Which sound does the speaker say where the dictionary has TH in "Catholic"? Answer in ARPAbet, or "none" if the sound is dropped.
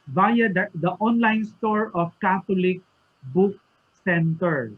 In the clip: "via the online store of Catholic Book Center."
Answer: T